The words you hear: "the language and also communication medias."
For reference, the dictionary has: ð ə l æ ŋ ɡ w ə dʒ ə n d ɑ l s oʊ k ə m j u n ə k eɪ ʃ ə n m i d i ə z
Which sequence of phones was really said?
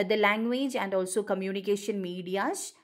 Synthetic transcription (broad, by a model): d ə l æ ŋ ɡ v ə dʒ ə n d ɑ l s oʊ k ə m j u n ə k eɪ ʃ ə n m i d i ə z